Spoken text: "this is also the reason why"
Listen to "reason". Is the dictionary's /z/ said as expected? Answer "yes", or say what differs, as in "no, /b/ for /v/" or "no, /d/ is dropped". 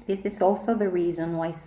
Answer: yes